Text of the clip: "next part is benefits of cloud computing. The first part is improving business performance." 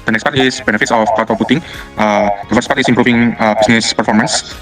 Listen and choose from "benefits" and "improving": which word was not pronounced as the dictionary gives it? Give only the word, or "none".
improving